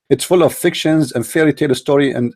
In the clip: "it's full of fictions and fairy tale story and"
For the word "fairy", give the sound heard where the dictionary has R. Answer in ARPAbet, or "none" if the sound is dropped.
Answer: L